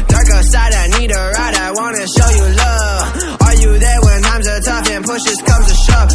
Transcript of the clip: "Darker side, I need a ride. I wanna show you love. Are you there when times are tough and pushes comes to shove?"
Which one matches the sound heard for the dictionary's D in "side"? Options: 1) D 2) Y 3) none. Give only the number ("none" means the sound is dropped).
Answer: 1